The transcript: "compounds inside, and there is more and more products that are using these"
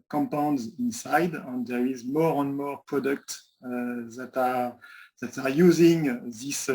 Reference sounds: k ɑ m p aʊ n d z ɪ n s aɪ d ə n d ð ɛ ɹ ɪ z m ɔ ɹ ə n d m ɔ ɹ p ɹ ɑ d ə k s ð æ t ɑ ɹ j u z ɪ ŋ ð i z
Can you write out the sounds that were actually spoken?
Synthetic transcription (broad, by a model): k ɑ m p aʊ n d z ɪ n s aɪ d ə n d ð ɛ ɹ ɪ z m ɔ ɹ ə n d m ɔ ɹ p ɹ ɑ d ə k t ð æ t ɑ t j u z ɪ ŋ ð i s